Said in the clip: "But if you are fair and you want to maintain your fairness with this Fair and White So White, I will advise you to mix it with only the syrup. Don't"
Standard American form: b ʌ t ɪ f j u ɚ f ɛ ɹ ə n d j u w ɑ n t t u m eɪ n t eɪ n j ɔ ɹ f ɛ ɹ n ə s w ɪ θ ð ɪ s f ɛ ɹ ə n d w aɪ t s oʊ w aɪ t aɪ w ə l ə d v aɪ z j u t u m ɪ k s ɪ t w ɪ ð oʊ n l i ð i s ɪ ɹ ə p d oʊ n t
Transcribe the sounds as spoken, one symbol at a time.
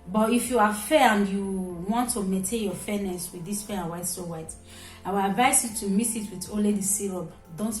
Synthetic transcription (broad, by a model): b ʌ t ɪ f j u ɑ f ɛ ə n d j u w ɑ n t t u m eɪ n t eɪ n j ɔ f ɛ n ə s w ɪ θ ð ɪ s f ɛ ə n w aɪ t s oʊ w aɪ t aɪ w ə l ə d v aɪ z j u t u m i s ɪ t w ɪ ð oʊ l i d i s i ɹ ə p d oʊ n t